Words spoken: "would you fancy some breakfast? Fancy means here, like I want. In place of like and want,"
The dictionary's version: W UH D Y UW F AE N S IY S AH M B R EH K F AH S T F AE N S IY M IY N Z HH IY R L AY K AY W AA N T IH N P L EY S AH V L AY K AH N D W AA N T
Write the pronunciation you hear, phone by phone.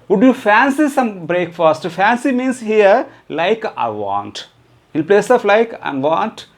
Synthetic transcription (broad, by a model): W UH D Y UW F AE N S IY S AH M B R EH K F AH S T F AE N S IY M IY N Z HH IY R L AY K AY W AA N T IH L P L EY S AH F L AY K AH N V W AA N T